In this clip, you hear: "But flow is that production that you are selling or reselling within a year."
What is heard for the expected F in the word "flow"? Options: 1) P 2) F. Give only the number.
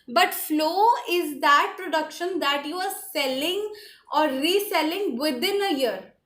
2